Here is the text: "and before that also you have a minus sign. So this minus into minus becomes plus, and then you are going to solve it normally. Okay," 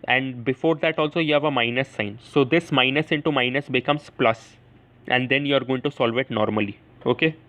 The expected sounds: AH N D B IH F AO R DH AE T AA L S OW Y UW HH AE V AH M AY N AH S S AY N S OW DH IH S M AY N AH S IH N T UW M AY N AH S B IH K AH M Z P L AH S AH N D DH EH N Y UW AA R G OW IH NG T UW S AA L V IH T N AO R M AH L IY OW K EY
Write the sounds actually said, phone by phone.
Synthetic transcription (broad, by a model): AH N D B IH F AO R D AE T AA L S OW Y UW HH AE V AH M AY N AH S S AY N S OW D IH S M AY N AH S IH N T UW M AY N AH S B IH K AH M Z P L AH S AH N D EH N Y UW AA R G OW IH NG T UW S AA L V IH T N AO R M AH L IY OW K EY